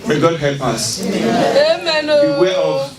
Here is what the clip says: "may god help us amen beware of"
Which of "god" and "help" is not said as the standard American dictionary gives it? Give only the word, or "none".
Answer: none